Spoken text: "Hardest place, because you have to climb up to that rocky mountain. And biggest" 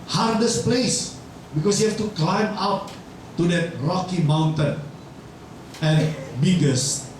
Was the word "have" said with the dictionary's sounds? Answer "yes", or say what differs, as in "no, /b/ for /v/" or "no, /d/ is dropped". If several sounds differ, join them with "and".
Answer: no, /f/ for /v/